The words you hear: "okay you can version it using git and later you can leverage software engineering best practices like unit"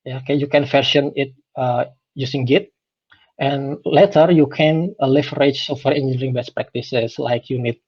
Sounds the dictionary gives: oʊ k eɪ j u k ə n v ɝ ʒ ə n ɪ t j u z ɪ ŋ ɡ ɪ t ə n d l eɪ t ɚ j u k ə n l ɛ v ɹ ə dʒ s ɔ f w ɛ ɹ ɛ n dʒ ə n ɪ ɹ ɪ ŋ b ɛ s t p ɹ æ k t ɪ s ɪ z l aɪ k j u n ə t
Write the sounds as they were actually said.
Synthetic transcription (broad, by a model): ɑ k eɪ j u k ə n f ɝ ʃ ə n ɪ t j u s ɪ ŋ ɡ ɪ t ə n l eɪ t ɚ j u k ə n l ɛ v ɹ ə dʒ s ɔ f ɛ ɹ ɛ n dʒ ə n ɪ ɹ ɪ ŋ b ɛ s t p ɹ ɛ k t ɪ s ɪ s l aɪ k j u n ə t